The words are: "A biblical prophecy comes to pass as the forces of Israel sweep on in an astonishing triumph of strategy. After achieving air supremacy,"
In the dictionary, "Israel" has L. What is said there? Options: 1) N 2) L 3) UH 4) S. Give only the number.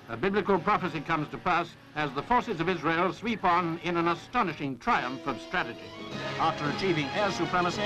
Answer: 2